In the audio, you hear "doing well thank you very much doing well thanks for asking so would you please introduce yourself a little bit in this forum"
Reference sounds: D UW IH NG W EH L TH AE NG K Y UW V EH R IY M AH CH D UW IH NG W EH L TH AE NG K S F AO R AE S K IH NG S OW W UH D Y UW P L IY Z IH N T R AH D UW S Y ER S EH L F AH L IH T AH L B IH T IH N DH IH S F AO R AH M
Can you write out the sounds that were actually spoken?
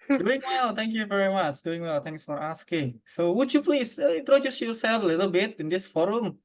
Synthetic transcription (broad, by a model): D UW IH NG W EH L T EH NG K Y UW V EH R IY M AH CH D UW IH NG W EH L T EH NG K S F AO R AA S K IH NG S OW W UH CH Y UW P L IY S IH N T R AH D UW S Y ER S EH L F AH L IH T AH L B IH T IH N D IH S F AO R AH M